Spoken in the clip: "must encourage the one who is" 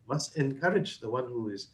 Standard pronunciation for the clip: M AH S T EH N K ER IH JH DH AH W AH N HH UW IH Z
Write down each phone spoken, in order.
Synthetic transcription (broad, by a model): M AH S T EH N K ER IH JH DH AH W AH N HH UW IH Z